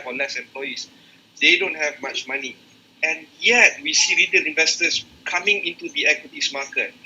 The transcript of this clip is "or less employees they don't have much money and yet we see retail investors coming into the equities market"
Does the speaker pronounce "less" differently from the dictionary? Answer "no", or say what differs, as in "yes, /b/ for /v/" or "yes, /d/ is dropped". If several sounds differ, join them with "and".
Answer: yes, /n/ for /l/